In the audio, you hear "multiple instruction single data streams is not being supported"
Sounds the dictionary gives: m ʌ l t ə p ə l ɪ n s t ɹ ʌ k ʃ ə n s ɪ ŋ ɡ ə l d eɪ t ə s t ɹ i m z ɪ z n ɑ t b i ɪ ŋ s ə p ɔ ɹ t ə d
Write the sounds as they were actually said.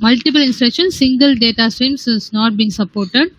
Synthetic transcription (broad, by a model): m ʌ l t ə p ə l ɪ n s t ɹ ʌ k ʃ ə n s ɪ ŋ ɡ ə l d eɪ t ə s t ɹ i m s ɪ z n ɑ t b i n s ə p ɔ ɹ t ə d